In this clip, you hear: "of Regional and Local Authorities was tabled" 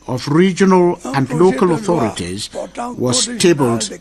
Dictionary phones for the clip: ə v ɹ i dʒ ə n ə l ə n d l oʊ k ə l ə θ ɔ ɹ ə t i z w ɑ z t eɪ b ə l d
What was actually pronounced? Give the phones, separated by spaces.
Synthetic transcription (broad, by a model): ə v ɹ i dʒ ə n ə l ə n d l oʊ k ə l ə θ ɔ ɹ ə t i z w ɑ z t eɪ b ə l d